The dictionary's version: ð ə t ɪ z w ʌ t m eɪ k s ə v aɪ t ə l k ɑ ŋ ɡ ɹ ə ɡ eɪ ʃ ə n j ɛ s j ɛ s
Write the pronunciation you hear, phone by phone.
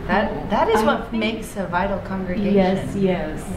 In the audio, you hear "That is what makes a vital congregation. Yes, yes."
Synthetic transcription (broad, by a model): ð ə t ɪ z w ʌ t m eɪ k s ə v aɪ t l k ɑ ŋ ɡ ɹ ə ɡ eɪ ə j ɛ s j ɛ s